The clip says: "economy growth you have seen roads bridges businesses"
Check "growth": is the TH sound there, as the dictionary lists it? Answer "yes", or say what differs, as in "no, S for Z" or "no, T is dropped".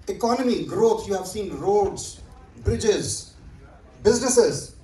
no, T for TH